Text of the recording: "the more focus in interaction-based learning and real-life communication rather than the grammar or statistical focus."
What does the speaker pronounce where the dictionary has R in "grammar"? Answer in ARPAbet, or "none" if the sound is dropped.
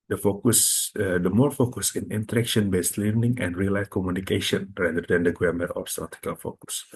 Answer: none